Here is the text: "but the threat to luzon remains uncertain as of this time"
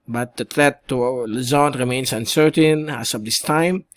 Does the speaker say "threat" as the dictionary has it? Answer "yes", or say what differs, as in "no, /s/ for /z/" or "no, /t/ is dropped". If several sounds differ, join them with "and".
no, /t/ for /θ/